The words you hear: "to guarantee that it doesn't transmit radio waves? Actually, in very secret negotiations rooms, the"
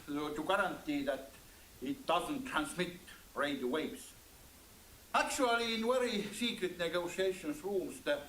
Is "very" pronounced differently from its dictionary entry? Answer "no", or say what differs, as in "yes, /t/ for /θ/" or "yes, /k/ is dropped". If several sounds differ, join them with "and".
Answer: yes, /w/ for /v/